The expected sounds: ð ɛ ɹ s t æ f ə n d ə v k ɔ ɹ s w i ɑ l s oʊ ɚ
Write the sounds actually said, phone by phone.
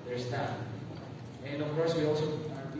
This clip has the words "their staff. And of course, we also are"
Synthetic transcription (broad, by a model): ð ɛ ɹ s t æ ə n d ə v k ɔ ɹ s w i ɑ l s oʊ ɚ